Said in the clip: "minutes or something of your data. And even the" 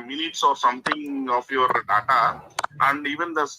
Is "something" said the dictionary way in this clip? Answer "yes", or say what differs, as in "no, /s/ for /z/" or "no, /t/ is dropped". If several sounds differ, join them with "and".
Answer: no, /t/ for /θ/